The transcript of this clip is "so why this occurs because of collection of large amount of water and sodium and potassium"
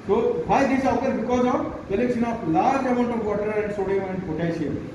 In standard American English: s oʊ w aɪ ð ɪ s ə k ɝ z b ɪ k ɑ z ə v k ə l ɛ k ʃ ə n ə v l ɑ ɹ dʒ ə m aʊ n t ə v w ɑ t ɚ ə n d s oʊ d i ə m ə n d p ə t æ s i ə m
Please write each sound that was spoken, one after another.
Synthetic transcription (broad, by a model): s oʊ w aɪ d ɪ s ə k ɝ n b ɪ k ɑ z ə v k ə l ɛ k s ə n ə p l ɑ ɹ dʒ ə m aʊ n t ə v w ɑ t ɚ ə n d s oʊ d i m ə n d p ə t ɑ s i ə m